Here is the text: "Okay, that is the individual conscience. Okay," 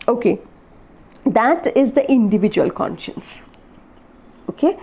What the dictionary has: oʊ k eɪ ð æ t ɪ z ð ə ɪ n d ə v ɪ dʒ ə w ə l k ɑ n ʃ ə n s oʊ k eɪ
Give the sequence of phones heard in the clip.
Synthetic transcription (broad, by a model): oʊ k eɪ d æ t ɪ z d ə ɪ n d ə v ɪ dʒ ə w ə l k ɑ n ʃ ə n s oʊ k eɪ